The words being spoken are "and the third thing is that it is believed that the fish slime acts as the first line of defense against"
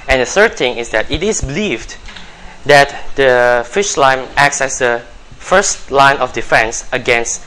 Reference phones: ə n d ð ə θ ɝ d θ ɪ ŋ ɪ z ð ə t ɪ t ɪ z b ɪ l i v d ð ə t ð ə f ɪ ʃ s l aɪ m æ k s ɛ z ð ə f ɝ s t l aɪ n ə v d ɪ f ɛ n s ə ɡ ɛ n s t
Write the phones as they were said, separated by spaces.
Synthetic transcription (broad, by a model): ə n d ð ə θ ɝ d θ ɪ ŋ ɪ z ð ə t ɪ t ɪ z b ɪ l i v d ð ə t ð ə f ɪ ʃ l aɪ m æ k s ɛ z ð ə f ɝ s t l aɪ n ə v d ɪ f ɛ n s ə ɡ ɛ n s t